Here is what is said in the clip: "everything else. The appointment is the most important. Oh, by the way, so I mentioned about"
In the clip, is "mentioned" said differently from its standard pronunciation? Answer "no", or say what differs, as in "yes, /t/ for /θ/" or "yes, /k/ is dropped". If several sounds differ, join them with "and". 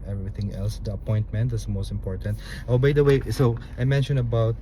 yes, /d/ is dropped